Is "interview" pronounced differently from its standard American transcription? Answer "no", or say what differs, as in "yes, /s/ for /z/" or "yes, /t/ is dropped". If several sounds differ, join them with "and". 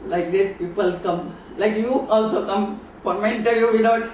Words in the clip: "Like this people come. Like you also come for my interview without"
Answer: yes, /v/ is dropped